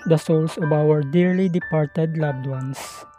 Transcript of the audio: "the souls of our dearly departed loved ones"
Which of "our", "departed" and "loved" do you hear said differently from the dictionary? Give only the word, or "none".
loved